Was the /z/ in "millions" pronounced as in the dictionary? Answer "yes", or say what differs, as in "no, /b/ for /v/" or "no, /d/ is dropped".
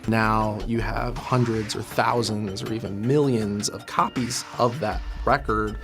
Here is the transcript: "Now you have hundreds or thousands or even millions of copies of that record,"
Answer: yes